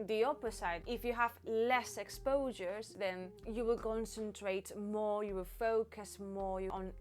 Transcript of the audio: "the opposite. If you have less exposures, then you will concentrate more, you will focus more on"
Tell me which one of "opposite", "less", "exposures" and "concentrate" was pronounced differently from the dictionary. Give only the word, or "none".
opposite